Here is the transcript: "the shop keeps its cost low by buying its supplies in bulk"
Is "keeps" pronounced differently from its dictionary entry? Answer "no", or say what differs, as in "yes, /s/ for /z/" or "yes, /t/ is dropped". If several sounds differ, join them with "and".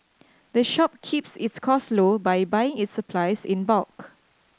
no